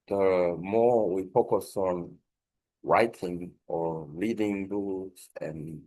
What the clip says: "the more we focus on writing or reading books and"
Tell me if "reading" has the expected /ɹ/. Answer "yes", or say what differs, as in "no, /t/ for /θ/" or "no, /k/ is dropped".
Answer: no, /l/ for /ɹ/